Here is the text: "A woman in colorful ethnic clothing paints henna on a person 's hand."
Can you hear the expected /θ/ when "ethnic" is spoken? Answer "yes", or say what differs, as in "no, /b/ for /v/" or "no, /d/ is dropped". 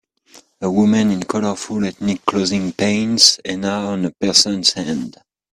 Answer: no, /t/ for /θ/